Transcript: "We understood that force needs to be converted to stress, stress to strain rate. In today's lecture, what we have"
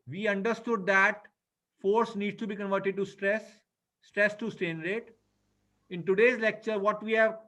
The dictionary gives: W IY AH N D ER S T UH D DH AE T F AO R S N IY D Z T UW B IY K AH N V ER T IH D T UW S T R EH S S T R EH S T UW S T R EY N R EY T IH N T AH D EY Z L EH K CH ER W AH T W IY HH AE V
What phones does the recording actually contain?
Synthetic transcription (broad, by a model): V IY AH N D ER S T UH D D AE T F AO R S N IY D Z T UW B IY K AH N V ER T IH D T UW S T R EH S S T R EH S T UW S T EY N R EY T IH N T AH D EY Z L EH K CH ER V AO T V IY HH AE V